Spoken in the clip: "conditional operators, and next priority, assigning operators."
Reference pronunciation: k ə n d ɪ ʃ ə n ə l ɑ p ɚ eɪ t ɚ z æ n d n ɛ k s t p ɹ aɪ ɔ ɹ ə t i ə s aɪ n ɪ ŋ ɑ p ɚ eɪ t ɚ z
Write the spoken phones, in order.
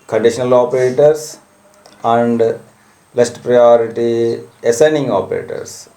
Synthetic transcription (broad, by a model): k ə n d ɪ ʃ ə n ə l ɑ p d eɪ t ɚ s æ n d l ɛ s t p ɹ aɪ ɔ ɹ ə t i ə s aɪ n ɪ ŋ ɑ p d eɪ t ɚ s